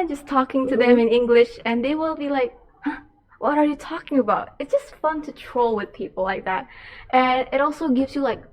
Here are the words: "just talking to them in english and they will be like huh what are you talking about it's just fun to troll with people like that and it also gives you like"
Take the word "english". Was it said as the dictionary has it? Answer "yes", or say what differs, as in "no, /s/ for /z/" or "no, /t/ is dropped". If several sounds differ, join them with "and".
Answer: yes